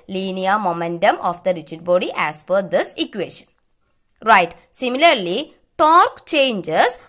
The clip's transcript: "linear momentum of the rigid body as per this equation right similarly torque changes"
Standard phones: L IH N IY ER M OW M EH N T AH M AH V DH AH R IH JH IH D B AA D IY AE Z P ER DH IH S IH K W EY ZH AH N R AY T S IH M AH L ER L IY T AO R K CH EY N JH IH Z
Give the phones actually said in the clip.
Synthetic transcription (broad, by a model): L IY N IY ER M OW M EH N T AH M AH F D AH R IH CH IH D B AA D IY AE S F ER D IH S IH K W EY SH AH N R AY T S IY M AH L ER L IY T AO R K CH EY N JH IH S